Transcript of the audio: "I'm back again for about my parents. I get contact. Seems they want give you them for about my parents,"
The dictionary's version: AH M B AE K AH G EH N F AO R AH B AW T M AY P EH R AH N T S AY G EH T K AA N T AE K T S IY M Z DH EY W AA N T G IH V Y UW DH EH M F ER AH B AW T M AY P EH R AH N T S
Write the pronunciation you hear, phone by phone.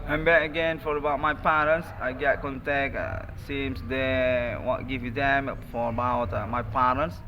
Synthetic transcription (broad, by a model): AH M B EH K AH G EH N F AO R AH B AW T M AY P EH R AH N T S AY G EH T K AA N T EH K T S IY M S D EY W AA T G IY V Y UW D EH M F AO AH B AW T M AY P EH R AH N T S